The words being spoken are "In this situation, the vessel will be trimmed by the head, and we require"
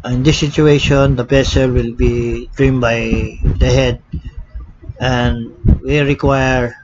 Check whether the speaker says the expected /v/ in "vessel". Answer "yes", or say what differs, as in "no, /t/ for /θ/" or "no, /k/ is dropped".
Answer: no, /p/ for /v/